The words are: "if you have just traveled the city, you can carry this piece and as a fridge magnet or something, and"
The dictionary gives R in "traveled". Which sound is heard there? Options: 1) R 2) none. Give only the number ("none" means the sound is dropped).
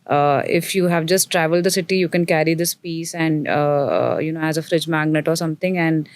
1